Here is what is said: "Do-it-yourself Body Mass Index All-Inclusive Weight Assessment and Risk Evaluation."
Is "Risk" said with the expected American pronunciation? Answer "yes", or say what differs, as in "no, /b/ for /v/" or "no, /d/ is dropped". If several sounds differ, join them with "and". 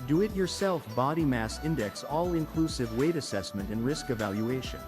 yes